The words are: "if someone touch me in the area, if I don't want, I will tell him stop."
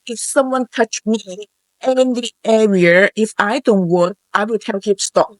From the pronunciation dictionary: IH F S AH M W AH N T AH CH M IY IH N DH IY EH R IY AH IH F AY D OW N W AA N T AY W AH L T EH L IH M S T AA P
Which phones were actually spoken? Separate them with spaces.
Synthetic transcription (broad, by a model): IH F S AH M W AH N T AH CH M IY IH N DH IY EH R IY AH IH F AY D OW N W AA N T AY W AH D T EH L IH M S T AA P